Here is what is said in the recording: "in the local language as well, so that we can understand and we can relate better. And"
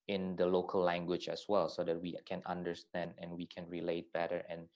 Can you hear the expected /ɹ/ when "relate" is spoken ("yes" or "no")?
yes